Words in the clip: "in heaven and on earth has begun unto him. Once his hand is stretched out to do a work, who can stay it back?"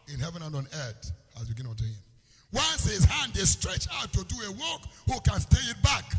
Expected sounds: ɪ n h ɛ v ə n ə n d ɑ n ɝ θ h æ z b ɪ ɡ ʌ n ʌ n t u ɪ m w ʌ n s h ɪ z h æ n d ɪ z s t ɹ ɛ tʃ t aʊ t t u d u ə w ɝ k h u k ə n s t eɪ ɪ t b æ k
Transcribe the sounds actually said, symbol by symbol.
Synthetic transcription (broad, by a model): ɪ n h ɛ v ə n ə n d ɑ n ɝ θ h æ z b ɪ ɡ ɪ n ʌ t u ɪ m w ʌ n s h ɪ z h æ n d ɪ s t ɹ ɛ tʃ aʊ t t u d u ə w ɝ k h u k ə n s t eɪ ɪ t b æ k